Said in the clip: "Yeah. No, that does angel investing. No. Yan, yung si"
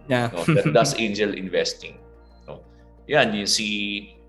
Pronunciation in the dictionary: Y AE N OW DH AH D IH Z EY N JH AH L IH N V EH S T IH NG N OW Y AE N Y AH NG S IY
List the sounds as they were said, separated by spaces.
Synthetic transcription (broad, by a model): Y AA N OW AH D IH S EY N JH AH L IH N V EH S T IH NG N OW Y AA N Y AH S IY